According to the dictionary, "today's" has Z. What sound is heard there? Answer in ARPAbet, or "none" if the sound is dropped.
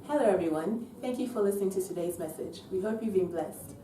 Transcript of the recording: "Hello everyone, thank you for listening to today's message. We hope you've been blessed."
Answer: Z